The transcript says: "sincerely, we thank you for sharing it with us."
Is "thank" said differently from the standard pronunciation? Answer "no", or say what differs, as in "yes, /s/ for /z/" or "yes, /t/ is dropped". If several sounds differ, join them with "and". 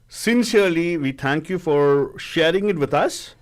yes, /t/ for /θ/